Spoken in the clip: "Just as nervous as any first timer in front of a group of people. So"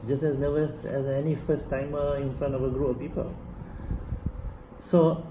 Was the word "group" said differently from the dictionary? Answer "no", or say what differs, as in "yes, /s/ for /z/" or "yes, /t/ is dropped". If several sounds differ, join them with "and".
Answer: yes, /p/ is dropped